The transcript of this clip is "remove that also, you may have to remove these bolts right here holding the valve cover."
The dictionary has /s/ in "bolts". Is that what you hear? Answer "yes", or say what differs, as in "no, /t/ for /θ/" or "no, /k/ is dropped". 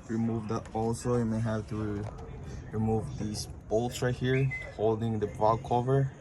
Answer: no, /s/ is dropped